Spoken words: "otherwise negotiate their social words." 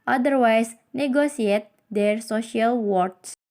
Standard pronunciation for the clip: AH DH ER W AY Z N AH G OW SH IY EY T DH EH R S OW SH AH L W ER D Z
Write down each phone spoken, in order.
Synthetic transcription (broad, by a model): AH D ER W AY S N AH G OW S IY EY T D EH R S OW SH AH L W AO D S